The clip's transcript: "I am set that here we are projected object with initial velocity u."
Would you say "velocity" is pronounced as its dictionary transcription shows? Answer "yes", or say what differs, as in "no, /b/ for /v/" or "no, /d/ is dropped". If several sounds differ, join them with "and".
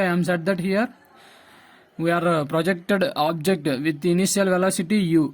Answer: yes